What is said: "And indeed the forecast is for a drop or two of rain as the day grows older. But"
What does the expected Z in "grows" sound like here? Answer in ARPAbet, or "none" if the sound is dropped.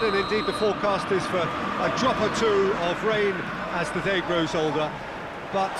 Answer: Z